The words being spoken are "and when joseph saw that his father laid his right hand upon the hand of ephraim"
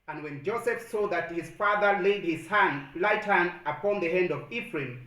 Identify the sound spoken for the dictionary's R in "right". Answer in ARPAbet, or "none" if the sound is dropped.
L